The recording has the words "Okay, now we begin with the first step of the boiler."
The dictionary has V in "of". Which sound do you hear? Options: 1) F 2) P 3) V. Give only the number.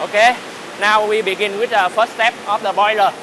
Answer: 1